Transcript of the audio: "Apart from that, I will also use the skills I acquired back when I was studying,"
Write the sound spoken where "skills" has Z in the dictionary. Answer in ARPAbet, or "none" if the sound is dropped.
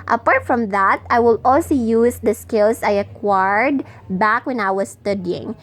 S